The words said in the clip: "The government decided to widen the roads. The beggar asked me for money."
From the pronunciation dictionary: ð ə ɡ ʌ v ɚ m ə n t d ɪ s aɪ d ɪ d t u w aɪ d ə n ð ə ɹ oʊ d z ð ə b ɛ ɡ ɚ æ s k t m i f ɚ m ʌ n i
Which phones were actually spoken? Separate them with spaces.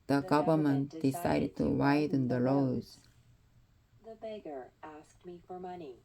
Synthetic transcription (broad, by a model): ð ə ɡ ʌ v ɚ m ə n t d ɪ s aɪ d ɪ d t u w aɪ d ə n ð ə l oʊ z ð ə b ɛ ɡ ɚ æ s k t m i f ɚ m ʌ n i